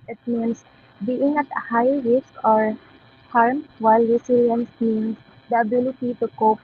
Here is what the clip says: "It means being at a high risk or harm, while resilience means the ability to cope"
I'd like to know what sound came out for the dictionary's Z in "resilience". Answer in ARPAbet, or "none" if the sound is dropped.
S